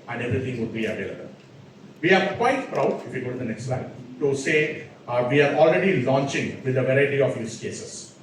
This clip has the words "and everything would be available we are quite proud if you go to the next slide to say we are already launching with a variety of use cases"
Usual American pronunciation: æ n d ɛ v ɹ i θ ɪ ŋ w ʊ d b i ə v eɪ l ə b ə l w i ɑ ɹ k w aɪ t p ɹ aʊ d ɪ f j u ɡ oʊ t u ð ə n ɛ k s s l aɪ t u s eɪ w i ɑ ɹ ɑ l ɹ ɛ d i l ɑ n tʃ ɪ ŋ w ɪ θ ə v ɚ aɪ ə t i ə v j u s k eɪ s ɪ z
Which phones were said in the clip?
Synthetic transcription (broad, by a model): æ n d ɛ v ɹ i t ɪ ŋ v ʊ d b i ə v eɪ l ə b ə l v i ɑ ɹ k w aɪ t p ɹ aʊ d ɪ f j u ɡ oʊ t u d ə n ɛ k s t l aɪ t u s eɪ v i ɑ ɹ ɑ l ɹ ɛ d i l ɑ n tʃ ɪ ŋ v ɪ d ə v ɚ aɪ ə t i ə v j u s k eɪ s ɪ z